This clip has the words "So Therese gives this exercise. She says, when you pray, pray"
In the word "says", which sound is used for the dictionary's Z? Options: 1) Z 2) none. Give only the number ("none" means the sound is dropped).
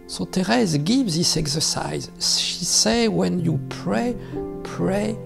2